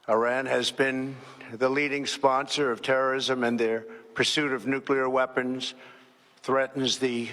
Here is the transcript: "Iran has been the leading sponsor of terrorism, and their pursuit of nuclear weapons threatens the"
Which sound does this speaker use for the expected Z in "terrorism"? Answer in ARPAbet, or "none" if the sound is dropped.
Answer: Z